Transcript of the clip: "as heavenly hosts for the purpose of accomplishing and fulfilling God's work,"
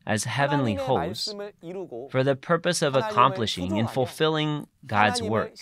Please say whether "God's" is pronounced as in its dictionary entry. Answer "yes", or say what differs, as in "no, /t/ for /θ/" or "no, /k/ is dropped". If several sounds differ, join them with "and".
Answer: yes